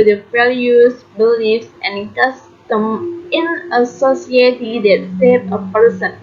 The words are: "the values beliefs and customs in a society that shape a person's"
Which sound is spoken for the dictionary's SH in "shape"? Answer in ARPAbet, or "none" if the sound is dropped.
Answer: S